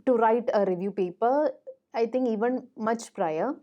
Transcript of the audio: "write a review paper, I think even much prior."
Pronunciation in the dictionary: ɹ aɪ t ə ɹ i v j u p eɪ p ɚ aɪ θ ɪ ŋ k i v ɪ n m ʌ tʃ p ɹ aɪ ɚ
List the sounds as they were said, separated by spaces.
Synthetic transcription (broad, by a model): ɹ aɪ t ə ɹ i v j u p eɪ p ɚ aɪ t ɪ ŋ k i v ɪ n m ʌ tʃ p ɹ aɪ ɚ